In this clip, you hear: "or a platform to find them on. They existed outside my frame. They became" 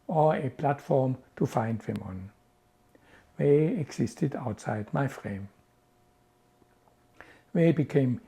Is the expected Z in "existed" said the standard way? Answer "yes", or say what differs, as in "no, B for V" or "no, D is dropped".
no, S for Z